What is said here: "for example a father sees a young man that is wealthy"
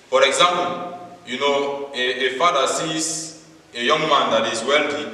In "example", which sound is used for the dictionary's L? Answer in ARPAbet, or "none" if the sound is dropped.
N